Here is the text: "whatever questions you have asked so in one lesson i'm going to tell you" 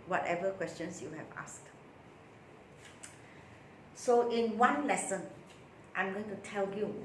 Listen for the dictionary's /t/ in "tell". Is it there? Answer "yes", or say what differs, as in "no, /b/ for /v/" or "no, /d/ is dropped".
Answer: yes